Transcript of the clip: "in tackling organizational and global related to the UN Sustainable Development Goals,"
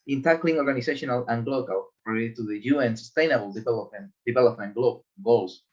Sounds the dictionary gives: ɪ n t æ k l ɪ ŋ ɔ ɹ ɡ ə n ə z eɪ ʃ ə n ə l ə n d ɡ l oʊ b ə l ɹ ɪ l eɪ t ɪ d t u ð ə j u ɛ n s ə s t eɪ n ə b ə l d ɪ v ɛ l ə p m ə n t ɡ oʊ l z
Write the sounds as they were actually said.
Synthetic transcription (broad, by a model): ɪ n t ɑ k l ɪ ŋ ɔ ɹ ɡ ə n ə s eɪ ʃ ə n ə l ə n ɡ l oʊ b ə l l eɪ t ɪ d t u ð ə j u ɛ n s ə s t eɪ n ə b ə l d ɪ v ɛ l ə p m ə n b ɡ oʊ l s